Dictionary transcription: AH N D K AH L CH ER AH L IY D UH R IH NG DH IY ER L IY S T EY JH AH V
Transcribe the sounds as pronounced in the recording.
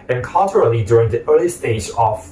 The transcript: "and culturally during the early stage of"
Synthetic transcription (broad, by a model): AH N K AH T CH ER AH L IY D UH R IH NG DH IY ER L IY S T EY JH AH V